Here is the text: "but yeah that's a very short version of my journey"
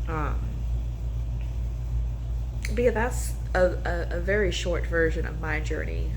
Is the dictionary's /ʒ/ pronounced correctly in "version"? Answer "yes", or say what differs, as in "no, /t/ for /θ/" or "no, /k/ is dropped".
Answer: yes